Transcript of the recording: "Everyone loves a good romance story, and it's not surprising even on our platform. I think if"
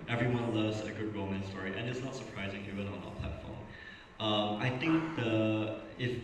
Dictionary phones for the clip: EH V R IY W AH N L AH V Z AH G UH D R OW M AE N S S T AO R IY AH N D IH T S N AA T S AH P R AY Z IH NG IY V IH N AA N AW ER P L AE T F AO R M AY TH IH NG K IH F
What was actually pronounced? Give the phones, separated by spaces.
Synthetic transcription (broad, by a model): EH V R IY W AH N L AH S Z AH G UH D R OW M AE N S S T AO R IY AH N IH T S N AA T S AH P R AY Z IH NG IY V IH N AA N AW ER P L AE T F AO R M AY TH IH NG K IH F